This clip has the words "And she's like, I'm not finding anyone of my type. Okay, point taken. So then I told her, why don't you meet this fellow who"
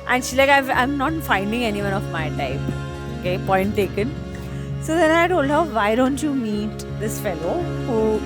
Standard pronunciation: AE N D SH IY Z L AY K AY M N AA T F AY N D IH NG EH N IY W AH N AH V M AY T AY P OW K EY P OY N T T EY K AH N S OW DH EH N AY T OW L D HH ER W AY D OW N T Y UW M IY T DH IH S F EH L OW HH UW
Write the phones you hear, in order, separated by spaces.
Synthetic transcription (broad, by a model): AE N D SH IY L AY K AY M N AA T F AY N D IH NG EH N IY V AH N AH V M AY T AY P OW K EY P OY N T T EY K AH N S OW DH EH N AY T OW L D HH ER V AY D OW N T Y UW M IY T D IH S F EH L OW HH UW